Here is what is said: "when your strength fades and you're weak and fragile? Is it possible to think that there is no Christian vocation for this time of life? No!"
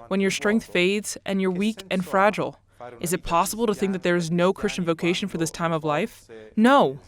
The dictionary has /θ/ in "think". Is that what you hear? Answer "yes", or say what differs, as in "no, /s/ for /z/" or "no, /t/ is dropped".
yes